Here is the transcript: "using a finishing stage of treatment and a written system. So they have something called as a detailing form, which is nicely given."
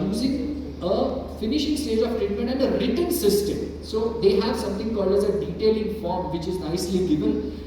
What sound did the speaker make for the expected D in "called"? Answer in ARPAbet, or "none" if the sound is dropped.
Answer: none